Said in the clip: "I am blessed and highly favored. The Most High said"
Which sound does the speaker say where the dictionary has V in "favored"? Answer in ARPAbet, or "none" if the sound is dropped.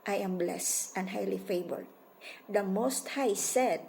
B